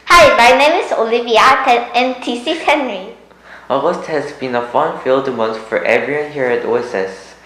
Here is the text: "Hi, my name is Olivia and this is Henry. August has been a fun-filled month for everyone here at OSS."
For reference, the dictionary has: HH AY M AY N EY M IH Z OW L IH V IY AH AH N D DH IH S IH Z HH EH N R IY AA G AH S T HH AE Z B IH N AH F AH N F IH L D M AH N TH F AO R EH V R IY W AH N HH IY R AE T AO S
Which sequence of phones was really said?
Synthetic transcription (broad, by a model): HH AY M AY N EY M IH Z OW L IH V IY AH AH N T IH S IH HH EH N R IY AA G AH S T HH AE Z B IH N AH F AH N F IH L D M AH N S F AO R EH V R IY W AH N HH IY R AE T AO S